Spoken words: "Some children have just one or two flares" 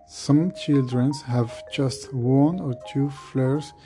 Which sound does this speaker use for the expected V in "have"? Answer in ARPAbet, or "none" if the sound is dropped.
V